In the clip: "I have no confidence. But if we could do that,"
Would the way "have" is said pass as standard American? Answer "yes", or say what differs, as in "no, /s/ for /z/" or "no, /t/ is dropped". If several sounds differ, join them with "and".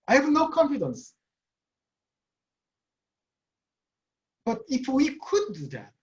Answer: yes